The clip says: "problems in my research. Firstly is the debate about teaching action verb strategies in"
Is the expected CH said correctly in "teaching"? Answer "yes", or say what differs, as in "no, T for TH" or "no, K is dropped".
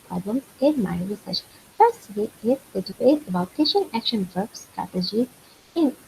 no, SH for CH